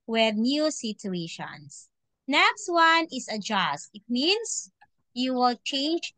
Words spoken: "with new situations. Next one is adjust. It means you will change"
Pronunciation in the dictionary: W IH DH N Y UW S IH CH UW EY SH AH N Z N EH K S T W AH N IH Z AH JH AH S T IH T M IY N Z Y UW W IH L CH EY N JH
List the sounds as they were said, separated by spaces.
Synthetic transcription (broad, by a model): W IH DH N Y UW S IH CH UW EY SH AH N S N EH K S T W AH N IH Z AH JH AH S T IH T M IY N S Y UW W IH L CH EY N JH